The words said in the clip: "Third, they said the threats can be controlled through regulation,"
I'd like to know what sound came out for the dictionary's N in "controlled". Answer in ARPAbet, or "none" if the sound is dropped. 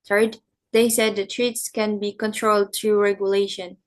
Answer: N